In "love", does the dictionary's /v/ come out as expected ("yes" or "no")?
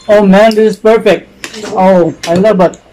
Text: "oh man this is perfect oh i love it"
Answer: no